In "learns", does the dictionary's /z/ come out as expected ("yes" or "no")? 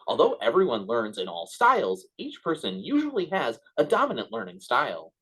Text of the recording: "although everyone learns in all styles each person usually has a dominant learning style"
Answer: yes